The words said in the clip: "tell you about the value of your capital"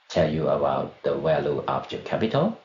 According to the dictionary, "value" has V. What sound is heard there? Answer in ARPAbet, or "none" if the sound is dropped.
W